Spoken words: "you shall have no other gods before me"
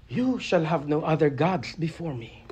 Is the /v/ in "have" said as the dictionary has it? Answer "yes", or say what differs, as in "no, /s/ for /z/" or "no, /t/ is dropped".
yes